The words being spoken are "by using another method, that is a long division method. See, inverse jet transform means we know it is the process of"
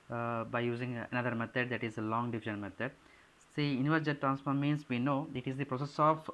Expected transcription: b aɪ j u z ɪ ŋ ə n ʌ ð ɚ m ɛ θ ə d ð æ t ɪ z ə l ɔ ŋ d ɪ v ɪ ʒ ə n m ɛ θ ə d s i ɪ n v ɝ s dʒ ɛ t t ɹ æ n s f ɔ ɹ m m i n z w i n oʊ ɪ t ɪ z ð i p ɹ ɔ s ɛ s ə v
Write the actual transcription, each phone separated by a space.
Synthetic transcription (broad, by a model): b aɪ j u z ɪ ŋ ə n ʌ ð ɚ m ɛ t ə d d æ t ɪ z ə l ɔ ŋ d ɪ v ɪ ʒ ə n m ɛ t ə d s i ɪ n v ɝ dʒ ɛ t t ɹ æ n s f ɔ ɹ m m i n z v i n oʊ ɪ t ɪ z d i p ɹ ɔ s ɛ s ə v